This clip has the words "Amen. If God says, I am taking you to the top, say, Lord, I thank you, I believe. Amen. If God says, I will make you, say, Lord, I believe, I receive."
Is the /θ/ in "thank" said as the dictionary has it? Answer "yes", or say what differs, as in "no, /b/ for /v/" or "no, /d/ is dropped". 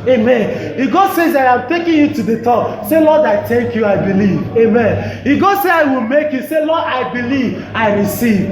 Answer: no, /t/ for /θ/